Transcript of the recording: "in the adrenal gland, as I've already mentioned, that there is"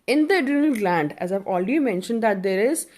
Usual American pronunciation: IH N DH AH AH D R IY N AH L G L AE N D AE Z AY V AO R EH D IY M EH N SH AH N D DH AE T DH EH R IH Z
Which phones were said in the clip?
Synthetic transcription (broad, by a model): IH N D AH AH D IY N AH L G L AE N D AE Z AY V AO L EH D IY M EH N SH AH N D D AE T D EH R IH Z